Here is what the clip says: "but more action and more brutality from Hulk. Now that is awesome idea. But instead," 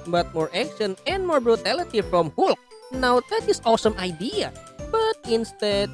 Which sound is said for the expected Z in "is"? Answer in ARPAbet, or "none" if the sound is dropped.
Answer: S